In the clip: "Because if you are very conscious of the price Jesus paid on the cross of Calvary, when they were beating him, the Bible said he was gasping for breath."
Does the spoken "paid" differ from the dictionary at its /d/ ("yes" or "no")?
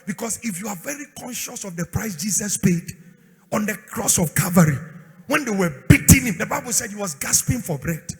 no